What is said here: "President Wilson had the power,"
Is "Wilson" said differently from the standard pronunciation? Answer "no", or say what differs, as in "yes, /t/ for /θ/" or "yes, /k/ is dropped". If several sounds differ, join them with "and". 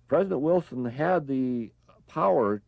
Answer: no